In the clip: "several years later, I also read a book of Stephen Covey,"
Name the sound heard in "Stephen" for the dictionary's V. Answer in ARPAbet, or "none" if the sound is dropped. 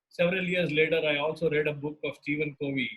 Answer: V